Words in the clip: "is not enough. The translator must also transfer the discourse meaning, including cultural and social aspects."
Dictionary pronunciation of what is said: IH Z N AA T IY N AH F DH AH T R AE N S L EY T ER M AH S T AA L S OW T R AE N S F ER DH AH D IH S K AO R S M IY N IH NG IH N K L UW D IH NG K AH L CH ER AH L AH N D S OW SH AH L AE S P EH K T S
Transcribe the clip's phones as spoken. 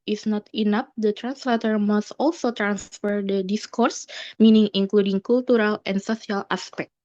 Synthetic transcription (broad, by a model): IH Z N AA T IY N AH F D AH T R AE N S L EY T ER M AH S T AA L S OW T R AE N S F ER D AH D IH S K AO R S M IY N IH NG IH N K L UW D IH NG K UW L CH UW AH L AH N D S OW S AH L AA S P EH K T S